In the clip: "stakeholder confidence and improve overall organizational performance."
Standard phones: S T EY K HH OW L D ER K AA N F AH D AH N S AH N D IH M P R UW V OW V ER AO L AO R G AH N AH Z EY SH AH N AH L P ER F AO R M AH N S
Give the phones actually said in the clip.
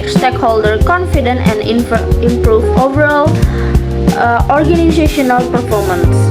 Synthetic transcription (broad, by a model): S T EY K HH OW L D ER K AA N F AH D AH N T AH N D IH M P R UW V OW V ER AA L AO R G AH N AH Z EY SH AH N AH L P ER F AO R M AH N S